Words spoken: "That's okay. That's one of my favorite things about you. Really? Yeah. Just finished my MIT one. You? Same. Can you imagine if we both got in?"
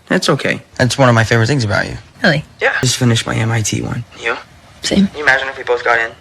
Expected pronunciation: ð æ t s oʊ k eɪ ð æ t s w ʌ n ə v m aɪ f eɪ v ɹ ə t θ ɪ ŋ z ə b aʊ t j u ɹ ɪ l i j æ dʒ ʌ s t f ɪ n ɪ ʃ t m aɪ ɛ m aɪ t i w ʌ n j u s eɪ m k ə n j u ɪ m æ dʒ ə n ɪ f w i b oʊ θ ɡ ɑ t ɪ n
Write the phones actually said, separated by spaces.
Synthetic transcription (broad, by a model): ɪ t s oʊ k eɪ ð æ t s w ʌ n ə v m aɪ f eɪ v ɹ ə t θ ɪ ŋ z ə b aʊ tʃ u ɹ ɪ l i j æ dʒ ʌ s t f ɪ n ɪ ʃ m aɪ ɛ m aɪ t i w ʌ n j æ s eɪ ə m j ɪ m æ dʒ ə n ɪ f w i b oʊ θ ɡ ɑ t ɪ n